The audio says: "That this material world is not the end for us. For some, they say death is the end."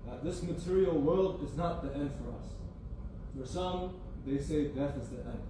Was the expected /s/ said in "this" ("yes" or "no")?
yes